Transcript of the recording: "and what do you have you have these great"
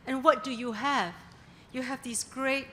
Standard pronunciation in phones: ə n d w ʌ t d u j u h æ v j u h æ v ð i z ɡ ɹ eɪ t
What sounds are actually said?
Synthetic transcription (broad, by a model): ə n w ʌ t d u j u h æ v j u h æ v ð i s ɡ ɹ eɪ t